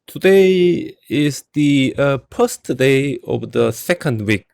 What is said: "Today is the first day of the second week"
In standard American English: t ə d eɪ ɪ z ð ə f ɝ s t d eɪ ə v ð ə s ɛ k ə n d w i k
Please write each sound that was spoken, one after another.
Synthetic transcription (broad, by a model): t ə d eɪ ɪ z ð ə p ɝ s t d eɪ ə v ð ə s ɛ k ə n d w i k